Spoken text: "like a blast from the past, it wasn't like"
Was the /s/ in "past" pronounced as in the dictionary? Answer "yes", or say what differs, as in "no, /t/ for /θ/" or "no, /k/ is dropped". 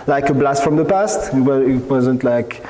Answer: yes